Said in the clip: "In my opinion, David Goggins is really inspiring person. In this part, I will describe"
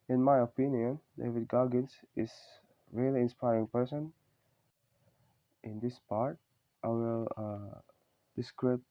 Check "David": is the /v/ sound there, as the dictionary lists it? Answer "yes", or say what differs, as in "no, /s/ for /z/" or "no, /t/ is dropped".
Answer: yes